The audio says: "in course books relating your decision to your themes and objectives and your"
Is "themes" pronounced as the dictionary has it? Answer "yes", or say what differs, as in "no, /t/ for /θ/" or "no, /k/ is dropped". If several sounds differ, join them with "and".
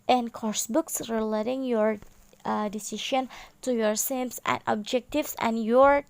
no, /s/ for /θ/